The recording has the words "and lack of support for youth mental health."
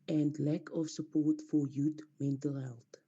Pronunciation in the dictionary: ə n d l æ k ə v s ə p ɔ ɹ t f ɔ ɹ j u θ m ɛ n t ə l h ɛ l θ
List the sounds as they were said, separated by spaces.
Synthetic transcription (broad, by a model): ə n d l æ k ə f s ə p ɔ ɹ t f ɔ ɹ j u t m ɛ n t ə l h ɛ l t